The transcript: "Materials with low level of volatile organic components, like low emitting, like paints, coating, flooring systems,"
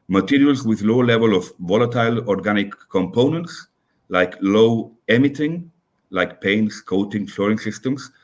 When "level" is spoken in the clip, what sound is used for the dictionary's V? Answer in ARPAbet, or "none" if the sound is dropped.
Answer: V